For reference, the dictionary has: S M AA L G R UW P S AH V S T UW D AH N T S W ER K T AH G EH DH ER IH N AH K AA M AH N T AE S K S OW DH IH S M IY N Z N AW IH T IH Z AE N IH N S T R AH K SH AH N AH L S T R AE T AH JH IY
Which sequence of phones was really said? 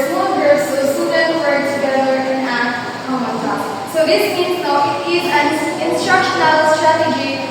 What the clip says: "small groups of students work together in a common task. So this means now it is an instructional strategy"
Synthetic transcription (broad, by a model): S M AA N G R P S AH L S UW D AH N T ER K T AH G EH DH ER IH N AH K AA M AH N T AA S S OW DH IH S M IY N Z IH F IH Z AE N IH N S T R AH K SH AH N AH L S T R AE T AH JH IY